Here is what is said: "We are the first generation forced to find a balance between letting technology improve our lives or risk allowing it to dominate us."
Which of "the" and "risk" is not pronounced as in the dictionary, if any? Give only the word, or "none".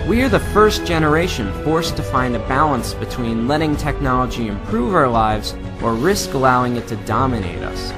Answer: none